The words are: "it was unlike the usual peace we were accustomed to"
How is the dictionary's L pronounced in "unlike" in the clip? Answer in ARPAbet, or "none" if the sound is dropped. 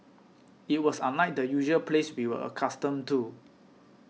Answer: none